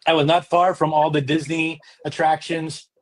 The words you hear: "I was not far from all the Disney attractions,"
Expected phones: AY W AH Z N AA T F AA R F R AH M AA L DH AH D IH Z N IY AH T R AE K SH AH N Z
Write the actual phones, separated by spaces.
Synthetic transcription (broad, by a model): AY W AH Z N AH T F AA R F R AH M AA L DH AH D IH Z N IY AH T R AE K SH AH N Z